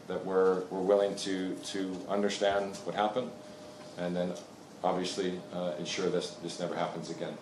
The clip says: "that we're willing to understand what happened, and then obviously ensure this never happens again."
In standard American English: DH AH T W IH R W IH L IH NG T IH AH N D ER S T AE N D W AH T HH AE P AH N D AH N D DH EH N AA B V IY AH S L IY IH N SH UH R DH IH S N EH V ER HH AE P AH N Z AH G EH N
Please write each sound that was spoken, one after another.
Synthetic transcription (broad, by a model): DH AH T W IH R W IH L IH NG T IH AH N D ER S T AE N D W AH T HH AE P AH N D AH N DH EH N AA B V IY AH S L IY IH N SH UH R DH IH S N EH V ER HH AE P AH N Z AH G EH N